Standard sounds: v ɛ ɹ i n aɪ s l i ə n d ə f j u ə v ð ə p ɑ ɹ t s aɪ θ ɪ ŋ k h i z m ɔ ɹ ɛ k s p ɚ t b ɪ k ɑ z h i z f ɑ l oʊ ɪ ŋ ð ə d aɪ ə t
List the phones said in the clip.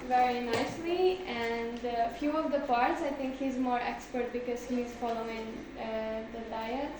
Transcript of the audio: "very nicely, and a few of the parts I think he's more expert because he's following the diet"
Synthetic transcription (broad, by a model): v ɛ ɹ i n aɪ s l i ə n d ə f j u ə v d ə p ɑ ɹ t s aɪ t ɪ ŋ k h i z m ɔ ɹ ɛ k s p ɚ t b ɪ k ɑ z h i z f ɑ l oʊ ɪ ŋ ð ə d aɪ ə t